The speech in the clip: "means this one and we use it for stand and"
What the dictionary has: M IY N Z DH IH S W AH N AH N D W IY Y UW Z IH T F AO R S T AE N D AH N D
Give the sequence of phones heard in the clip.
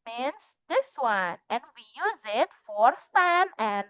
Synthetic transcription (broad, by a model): M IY N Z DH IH S W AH N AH N W IY Y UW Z IH T F AO R S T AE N AH N